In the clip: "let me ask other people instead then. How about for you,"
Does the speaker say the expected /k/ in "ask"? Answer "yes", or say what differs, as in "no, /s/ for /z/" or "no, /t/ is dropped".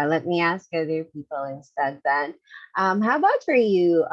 yes